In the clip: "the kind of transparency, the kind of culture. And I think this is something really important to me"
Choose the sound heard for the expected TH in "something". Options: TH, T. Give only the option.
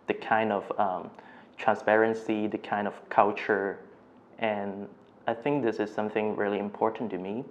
TH